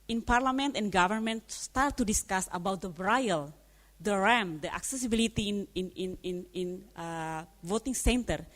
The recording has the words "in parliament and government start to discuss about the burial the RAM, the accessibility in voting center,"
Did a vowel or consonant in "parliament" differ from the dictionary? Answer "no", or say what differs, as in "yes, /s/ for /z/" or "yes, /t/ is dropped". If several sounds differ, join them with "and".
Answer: no